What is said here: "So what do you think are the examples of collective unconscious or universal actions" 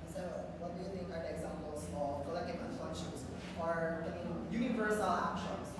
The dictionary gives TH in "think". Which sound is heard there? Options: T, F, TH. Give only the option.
T